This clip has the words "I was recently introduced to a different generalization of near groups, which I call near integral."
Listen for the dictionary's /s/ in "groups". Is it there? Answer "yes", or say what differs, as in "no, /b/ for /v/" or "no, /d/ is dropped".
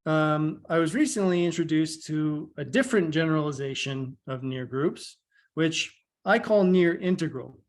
yes